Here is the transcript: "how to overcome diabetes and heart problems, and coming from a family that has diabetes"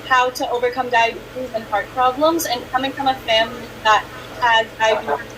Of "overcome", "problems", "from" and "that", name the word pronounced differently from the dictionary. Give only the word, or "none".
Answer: none